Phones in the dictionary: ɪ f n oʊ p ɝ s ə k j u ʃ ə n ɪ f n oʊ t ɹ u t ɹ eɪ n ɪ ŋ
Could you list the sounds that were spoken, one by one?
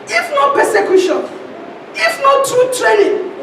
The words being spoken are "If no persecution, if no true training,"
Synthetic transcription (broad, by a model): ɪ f n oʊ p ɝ s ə k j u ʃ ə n ɪ f n oʊ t u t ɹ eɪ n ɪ